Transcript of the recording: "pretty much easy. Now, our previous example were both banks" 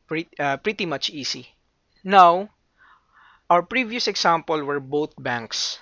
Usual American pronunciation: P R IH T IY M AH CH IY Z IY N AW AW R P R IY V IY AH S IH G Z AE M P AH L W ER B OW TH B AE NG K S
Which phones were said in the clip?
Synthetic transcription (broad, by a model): P R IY T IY M AH CH IY S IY N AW AW R P R IY V IY AH S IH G S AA M P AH L W ER B OW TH B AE NG K S